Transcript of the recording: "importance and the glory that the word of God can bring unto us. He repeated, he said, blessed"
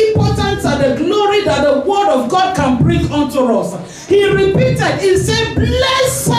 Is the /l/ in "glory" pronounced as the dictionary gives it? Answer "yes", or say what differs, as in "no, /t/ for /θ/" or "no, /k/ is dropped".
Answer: no, /n/ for /l/